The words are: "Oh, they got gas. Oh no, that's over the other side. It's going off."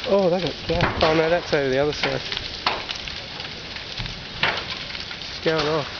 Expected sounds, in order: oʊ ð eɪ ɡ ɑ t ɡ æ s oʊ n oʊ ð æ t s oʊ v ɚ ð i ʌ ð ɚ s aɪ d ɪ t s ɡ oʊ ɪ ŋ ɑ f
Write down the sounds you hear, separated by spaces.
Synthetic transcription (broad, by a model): oʊ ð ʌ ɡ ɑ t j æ oʊ n oʊ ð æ t s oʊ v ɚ ð i ʌ ð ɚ s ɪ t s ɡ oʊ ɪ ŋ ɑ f